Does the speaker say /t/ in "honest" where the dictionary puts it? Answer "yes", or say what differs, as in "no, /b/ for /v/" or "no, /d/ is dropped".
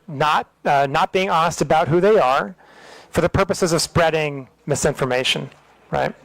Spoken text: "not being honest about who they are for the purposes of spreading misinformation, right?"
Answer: yes